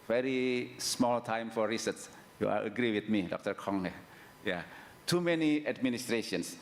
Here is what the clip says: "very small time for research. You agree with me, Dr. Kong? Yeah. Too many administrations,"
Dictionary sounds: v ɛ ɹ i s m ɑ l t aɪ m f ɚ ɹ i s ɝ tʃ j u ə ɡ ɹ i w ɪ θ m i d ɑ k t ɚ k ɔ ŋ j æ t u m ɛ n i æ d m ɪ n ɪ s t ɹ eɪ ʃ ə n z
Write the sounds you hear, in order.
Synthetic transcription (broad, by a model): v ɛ ɹ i s m ɑ l t aɪ m f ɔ ɹ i s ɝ s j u ə ɡ ɹ i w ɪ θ m i d ɑ k t ɚ k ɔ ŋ j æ t u m ɛ n i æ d m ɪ n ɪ s t ɹ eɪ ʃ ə n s